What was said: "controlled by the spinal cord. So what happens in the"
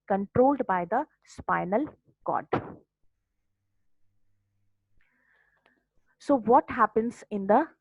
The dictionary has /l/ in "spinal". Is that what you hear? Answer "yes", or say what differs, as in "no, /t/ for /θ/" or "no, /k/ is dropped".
yes